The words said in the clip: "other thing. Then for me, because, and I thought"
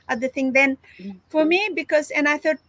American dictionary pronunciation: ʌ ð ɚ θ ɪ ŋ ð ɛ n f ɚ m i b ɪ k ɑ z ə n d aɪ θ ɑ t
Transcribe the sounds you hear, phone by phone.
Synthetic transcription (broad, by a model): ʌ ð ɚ t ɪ ŋ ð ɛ n f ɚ m i b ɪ k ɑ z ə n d aɪ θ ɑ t